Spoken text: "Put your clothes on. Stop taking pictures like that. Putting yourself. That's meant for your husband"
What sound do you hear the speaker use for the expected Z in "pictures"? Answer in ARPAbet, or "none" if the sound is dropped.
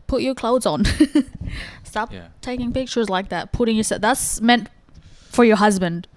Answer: Z